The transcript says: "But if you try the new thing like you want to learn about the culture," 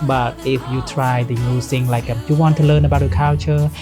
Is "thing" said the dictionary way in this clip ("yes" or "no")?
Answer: no